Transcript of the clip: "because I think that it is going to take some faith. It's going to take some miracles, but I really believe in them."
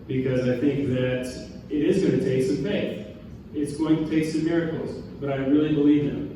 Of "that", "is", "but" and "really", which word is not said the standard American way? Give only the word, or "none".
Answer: none